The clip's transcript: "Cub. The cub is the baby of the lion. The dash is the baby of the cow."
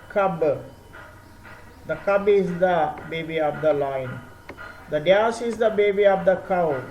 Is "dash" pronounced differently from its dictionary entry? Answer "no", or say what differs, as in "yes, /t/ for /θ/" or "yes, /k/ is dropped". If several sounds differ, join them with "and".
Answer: yes, /s/ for /ʃ/